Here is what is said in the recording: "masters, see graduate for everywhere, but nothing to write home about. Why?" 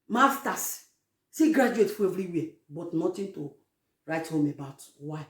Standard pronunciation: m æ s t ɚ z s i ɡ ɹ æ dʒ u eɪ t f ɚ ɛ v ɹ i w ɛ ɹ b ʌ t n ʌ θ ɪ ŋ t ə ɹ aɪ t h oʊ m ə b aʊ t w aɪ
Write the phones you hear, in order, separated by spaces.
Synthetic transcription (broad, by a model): m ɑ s t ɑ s s i ɡ ɹ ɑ dʒ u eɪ t f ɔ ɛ v ɹ i w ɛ b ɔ t n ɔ t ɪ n t ə ɹ aɪ t h oʊ m ə b aʊ t w aɪ